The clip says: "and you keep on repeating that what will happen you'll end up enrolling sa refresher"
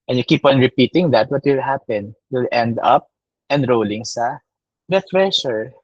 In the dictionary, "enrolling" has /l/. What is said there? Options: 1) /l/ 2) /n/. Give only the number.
1